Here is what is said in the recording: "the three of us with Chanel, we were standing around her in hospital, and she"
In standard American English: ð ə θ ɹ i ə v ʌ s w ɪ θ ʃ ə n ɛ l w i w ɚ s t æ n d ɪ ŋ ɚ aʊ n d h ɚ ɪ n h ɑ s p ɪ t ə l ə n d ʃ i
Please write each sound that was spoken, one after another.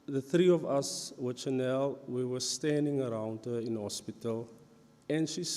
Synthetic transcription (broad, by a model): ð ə θ ɹ i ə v ʌ s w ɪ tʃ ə n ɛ l w i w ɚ s t æ n d ɪ ŋ ɚ aʊ n d h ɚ ɪ n h ɑ s p ɪ t ə l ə n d ʃ i